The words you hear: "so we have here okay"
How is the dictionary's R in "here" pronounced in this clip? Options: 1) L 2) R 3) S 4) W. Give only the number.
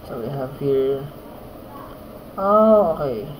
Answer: 1